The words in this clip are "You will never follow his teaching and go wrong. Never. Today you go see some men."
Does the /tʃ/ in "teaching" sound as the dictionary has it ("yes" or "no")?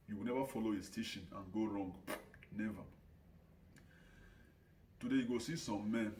no